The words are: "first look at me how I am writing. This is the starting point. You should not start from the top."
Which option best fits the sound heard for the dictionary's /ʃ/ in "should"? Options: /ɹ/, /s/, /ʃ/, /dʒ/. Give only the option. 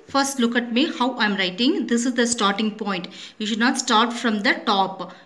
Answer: /ʃ/